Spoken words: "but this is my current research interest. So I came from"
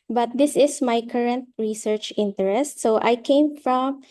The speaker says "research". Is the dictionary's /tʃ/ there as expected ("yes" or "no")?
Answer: yes